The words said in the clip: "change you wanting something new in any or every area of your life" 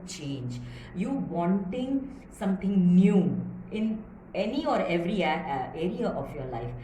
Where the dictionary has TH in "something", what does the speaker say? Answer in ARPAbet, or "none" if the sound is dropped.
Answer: T